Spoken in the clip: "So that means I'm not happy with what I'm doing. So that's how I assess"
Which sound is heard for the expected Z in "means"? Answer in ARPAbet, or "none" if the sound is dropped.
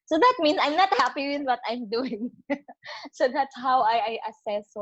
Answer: S